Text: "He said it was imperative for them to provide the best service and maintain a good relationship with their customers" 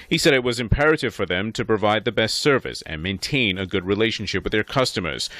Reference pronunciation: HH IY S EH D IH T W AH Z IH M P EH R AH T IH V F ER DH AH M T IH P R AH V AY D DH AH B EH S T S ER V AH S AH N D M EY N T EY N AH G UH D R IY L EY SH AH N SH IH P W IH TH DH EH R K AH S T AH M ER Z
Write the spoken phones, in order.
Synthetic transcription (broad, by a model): HH IY S EH D IH T W AH Z IH M P EH R AH T IH V F ER DH AH M T IH P R AH V AY D DH AH B EH S T S ER V AH S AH N M EY N T EY N AH G UH D R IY L EY SH N SH IH P W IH DH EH R K AH S T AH M ER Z